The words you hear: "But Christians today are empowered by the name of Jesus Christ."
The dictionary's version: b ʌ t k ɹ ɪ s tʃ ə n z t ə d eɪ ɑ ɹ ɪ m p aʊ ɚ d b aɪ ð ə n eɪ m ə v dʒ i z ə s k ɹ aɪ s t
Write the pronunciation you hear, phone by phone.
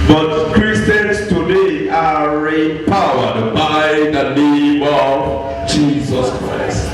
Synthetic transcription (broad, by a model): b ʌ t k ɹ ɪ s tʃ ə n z t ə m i ɑ ɹ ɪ p aʊ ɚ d b aɪ ð ə n eɪ m ə v dʒ i z ə s k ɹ aɪ s t